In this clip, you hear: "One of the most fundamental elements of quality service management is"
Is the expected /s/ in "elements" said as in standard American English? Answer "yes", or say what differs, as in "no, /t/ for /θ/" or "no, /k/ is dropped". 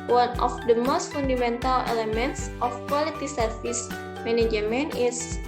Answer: yes